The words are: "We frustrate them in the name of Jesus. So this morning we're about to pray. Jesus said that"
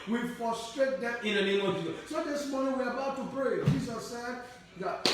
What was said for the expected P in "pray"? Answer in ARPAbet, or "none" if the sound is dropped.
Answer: B